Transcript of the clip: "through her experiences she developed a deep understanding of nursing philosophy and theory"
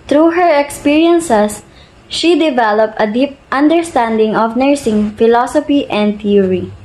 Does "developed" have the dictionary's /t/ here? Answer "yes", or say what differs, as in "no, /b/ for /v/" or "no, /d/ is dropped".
yes